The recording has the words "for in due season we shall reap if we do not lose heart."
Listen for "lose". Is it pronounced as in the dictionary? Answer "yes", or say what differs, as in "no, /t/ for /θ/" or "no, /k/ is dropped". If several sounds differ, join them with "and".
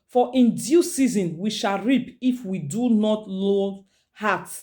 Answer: no, /z/ is dropped